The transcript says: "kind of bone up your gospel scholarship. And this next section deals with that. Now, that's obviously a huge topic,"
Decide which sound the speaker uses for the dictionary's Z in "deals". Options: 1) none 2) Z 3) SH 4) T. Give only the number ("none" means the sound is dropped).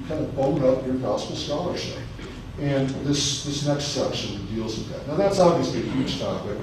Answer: 2